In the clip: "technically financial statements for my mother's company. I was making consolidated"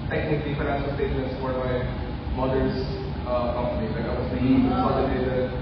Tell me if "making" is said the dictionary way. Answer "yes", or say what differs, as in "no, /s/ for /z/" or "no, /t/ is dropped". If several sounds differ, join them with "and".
no, /k/ is dropped